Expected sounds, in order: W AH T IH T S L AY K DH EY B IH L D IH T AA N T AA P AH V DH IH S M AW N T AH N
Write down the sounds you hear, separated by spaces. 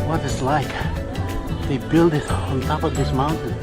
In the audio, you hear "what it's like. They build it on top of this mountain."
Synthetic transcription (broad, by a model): W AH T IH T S L AY K DH EY B IH L D IH T N T AA P AH V DH IH S M AW N T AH N